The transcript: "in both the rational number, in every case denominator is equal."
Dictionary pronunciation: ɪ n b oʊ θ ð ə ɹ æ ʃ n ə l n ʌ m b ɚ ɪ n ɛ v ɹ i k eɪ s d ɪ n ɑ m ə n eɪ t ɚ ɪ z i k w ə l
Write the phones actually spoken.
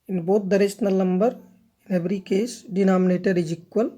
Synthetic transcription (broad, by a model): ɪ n b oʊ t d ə ɹ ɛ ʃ n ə l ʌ m b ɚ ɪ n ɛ b ɹ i k eɪ s d ɪ n ɑ m ə n eɪ t ɚ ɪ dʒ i k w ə l